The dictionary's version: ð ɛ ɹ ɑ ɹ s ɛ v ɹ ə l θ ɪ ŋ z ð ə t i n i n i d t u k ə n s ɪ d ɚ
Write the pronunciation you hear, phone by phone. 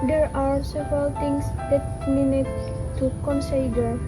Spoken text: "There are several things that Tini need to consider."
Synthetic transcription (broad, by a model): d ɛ ɹ ɑ ɹ s ɛ v ɹ ə l t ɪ ŋ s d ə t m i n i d t u k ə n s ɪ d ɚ